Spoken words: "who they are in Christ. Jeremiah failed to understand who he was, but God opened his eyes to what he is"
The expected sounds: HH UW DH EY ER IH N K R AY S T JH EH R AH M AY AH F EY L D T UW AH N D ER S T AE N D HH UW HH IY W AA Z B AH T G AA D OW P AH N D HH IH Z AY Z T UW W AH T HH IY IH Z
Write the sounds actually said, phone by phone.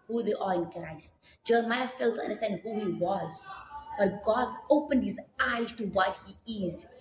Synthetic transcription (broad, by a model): HH UW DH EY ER IH N K R AY S T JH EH R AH M AY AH F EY L T UW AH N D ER S T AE N D HH UW HH IY W AA Z B AH T G AA D OW P AH N D HH IH Z AY Z T UW W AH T HH IY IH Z